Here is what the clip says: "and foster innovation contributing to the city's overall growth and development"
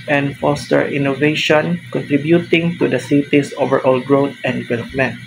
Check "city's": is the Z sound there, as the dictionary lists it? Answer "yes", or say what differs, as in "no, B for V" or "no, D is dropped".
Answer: no, S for Z